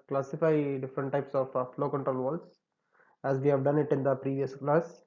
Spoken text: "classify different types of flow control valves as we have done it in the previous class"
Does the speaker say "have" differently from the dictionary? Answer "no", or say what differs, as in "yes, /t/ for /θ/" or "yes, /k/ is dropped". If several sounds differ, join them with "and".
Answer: no